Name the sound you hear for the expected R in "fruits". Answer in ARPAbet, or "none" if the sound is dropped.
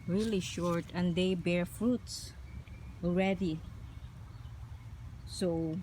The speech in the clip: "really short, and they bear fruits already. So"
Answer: R